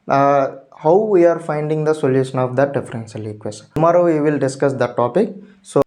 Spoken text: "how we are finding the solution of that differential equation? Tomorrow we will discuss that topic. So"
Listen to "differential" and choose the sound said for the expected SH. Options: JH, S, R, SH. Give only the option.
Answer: S